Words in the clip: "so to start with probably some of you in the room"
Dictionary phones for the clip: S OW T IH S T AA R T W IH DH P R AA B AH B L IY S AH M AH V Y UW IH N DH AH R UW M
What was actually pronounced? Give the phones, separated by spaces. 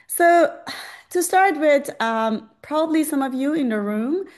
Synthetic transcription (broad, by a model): S OW T IH S T AA R T W IH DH P R AA B AH B L IY S AH M AH V Y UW IH N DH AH R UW M